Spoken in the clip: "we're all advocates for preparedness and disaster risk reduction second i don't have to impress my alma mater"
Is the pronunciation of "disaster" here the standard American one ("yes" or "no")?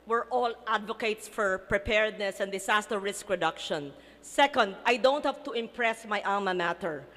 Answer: no